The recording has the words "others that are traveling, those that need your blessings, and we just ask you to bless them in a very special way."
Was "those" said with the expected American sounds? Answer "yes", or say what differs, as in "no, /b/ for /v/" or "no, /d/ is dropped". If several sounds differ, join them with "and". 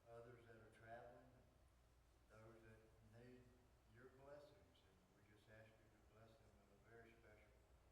yes